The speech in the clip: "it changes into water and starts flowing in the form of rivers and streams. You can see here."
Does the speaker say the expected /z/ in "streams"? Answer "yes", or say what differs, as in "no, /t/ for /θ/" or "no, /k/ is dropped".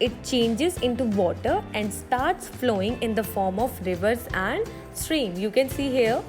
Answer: no, /z/ is dropped